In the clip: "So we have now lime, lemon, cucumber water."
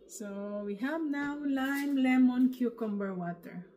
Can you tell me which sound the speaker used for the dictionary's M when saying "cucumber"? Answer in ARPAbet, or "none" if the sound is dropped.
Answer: M